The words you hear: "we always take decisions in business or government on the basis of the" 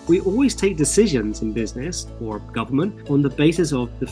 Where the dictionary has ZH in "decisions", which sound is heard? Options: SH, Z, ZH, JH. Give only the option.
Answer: ZH